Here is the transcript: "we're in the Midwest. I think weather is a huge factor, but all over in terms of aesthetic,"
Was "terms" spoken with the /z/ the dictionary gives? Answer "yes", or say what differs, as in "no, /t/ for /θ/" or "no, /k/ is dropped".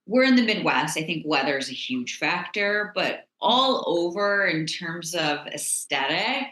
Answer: yes